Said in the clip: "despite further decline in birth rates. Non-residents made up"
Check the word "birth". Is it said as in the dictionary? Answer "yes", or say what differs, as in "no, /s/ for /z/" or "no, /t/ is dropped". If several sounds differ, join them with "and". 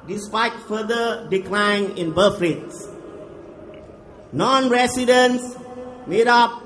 no, /f/ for /θ/